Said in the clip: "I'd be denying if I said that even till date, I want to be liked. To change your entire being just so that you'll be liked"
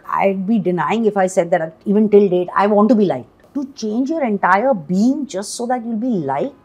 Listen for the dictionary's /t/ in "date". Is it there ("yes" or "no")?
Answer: yes